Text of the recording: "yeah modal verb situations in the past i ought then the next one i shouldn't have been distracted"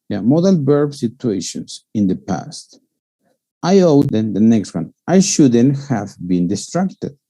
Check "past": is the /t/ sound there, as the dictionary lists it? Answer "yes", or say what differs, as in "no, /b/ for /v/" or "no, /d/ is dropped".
yes